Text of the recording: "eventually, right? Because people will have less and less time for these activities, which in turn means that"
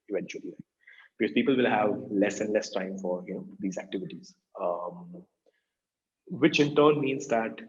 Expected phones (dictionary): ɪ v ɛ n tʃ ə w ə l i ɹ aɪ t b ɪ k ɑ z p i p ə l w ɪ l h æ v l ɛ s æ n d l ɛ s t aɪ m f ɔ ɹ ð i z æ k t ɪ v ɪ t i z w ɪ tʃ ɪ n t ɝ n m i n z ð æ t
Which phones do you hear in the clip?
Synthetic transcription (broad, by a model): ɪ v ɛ n tʃ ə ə l i l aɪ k b ɪ k ɑ z p i p ə l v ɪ l h æ v l ɛ s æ n d l ɛ s t aɪ m f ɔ ɹ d i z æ k t ɪ v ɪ t i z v ɪ tʃ ɪ n t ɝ n m i n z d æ t